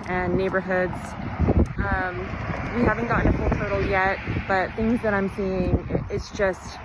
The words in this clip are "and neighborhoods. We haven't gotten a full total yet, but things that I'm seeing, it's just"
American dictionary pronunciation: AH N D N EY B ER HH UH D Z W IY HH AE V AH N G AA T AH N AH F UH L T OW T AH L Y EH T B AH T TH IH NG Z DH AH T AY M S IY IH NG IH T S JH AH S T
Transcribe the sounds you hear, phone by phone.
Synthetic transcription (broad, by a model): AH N N EY B ER HH UH D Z W IY HH AE V AH N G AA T N AH F UH L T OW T L Y EH T B AH T TH IH NG Z DH AH T AY M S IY IH NG IH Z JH AH S T